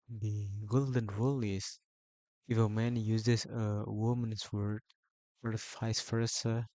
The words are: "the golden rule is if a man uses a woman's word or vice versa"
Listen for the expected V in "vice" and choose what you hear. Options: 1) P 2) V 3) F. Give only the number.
3